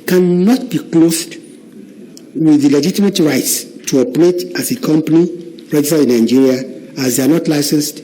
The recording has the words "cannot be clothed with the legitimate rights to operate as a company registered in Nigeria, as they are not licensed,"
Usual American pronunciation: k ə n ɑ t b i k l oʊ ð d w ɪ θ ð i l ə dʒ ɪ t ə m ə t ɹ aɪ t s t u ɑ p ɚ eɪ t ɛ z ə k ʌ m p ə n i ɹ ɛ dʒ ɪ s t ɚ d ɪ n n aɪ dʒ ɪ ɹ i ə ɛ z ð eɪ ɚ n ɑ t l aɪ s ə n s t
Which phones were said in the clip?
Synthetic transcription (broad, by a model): k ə n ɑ t b i k l oʊ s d w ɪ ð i l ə dʒ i t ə m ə t ɹ aɪ t s t u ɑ p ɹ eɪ t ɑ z ə k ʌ m p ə n i ɹ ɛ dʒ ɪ s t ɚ ɪ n n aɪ dʒ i ɹ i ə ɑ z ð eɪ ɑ n ɑ t l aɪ s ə n s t